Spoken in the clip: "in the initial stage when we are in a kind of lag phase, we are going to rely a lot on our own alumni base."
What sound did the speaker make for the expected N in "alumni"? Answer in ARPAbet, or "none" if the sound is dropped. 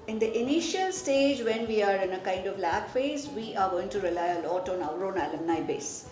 N